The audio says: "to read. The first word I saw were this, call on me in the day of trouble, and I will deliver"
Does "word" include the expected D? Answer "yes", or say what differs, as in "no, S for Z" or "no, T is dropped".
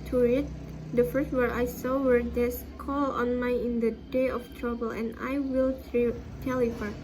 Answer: no, D is dropped